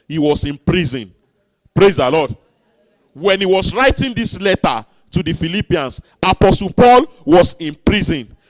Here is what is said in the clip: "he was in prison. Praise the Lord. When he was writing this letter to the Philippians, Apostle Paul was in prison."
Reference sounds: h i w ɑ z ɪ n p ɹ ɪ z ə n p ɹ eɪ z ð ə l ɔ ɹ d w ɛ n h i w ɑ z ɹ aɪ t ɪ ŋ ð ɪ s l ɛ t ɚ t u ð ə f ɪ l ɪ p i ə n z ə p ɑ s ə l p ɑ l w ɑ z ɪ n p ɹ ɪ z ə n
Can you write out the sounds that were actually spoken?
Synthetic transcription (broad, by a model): h i w ɑ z ɪ n p ɹ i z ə n p ɹ eɪ z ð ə l ɔ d w ɛ n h i w ɑ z ɹ aɪ t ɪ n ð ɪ s l ɛ t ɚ t u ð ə f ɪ l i p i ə n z ə p ɑ s ə l p ɑ l w ɑ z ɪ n p ɹ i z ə n